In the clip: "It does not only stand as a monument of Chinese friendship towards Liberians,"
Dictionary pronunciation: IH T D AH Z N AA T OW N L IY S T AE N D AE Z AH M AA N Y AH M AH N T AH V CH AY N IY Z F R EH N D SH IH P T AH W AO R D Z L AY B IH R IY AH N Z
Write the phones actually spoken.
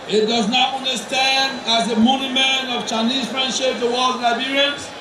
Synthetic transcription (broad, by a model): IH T D AH Z N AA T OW N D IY S T AE N D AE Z AH M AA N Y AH M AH N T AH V CH AY N IY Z F R EH N D SH IH P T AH W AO L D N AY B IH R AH N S